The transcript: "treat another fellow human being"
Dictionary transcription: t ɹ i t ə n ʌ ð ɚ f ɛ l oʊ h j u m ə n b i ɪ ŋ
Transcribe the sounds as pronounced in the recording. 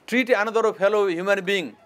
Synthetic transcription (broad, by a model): t ɹ i t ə n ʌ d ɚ p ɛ l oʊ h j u m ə n b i ŋ